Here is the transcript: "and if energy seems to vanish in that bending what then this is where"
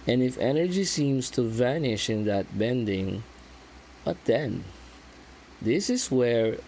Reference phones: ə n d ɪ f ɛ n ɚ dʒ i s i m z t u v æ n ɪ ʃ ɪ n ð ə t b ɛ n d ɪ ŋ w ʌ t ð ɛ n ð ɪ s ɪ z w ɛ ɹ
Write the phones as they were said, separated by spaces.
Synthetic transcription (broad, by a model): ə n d ɪ f ɛ n ɚ dʒ i s i m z t u v æ n ɪ ʃ ɪ n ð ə t b ɛ n d ɪ ŋ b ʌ t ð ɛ n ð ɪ s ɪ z w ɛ ɹ